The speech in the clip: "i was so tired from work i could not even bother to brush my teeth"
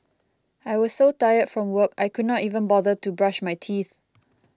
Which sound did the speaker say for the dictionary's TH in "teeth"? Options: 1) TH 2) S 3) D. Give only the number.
1